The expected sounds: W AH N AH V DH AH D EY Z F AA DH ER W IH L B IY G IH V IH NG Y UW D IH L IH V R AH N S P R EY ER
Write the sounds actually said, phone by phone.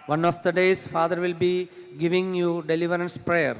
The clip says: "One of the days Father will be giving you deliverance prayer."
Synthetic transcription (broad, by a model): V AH N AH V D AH D EY S F AA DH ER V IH L B IY G IH V IH NG Y UW D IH L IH V R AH N S P R EY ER